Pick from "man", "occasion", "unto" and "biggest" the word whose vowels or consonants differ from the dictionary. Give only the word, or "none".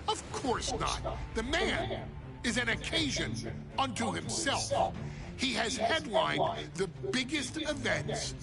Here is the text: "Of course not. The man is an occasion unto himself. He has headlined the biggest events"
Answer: none